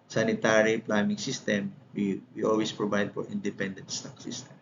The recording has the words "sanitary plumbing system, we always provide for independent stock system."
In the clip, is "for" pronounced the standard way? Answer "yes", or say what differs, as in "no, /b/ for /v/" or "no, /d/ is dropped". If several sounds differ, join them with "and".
no, /p/ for /f/